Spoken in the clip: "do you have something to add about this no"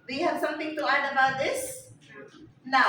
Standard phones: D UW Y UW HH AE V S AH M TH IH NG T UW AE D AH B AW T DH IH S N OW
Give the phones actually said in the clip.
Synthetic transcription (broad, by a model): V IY HH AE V S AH M T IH NG T UW AE D AH B AW T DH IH S N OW